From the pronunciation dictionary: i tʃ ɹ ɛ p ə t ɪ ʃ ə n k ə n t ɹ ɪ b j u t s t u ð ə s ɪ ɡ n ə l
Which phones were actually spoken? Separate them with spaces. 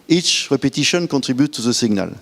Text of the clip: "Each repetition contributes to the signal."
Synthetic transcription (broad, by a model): i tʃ ɹ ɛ p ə t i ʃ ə n k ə t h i b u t t u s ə s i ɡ n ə l